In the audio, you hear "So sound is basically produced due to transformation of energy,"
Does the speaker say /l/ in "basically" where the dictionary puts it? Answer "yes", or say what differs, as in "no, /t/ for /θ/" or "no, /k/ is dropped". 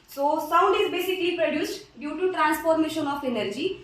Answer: yes